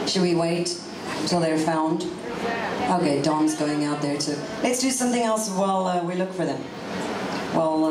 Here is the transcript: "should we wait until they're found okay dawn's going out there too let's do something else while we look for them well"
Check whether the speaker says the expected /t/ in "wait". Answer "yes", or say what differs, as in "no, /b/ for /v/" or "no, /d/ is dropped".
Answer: yes